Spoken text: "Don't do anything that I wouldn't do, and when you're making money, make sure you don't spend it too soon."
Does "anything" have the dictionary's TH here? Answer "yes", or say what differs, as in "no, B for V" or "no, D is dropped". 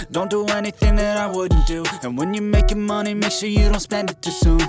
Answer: yes